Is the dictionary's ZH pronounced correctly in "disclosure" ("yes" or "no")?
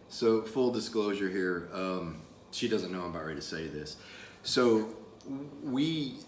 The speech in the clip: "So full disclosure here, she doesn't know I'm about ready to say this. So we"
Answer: yes